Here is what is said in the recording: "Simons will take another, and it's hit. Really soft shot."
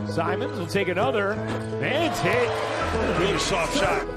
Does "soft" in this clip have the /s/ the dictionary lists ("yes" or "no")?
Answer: no